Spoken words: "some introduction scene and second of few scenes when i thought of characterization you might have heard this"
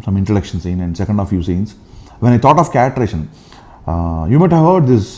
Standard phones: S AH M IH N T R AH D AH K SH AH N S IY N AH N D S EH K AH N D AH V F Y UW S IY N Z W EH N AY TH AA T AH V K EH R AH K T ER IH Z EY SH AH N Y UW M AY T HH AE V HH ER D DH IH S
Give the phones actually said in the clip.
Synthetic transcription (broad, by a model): S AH M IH N T AH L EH K SH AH N S IY N AH N D S EH K AH N D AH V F Y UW S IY N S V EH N AY T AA T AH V K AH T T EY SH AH N Y UW M AY T HH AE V HH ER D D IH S